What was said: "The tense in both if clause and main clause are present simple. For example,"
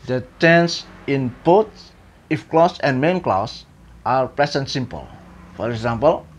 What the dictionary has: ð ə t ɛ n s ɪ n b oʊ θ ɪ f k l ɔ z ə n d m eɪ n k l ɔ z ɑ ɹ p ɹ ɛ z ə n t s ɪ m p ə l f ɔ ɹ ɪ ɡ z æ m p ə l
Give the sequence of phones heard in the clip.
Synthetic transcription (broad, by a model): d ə t ɛ n s ɪ n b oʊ t ɪ f k l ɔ s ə n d m eɪ n k l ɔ s ɑ ɹ p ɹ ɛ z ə n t s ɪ m p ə l f ɔ ɹ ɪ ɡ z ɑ m p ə l